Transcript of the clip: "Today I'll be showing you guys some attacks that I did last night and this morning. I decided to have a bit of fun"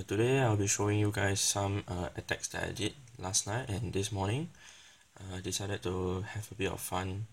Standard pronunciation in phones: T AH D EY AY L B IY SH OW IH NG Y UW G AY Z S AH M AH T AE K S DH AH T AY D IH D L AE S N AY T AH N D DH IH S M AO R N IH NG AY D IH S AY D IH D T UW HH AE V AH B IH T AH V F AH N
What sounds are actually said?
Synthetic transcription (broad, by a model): T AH D EY AY L B IY SH OW IH NG Y UW G AY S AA M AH T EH K S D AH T AY D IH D L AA S N AY T AH N D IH S M AO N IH NG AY D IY S AY D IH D T UW HH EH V AH B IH T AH F F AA N